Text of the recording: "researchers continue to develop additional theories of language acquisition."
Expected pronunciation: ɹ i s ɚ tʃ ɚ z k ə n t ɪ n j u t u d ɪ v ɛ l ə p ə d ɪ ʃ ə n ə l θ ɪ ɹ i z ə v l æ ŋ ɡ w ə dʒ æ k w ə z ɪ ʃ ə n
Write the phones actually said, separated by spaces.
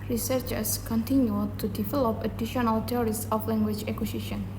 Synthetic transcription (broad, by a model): ɹ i s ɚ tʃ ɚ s k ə n t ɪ n j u t u d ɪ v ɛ l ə p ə d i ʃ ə n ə l t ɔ ɹ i s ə f l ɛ ŋ ɡ w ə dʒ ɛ k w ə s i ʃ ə n